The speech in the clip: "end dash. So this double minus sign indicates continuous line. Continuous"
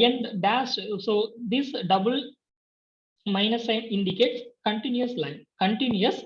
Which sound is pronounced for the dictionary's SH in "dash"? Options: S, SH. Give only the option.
S